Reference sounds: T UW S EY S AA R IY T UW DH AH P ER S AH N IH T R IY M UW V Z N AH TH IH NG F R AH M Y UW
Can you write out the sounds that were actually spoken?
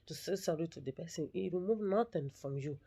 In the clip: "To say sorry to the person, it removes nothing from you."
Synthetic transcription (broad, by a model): T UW S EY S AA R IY T UW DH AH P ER S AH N IH T W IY M UW V N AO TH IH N F R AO M Y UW